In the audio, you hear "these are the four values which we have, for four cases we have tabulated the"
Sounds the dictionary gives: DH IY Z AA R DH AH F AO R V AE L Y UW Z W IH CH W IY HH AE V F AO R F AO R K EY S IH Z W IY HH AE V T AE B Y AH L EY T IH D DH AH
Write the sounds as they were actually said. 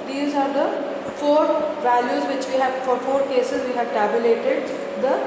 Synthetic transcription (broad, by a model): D IY Z AA R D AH F AO R V AE L Y UW Z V IH CH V IY HH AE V F AO R F AO R K EY S IH Z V IY HH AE V T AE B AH L EY T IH D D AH